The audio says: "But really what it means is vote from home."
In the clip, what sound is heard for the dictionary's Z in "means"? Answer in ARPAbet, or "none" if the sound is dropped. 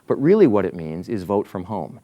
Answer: Z